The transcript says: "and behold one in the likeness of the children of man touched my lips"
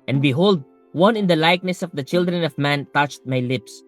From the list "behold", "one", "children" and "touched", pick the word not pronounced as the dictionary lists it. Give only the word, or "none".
none